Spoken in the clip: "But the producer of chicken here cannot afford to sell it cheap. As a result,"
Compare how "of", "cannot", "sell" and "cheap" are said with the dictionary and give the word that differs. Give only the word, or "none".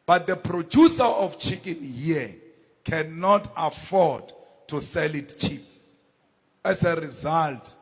of